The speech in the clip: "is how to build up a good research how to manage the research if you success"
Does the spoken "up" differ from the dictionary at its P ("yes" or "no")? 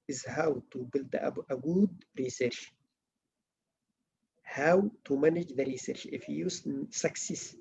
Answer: yes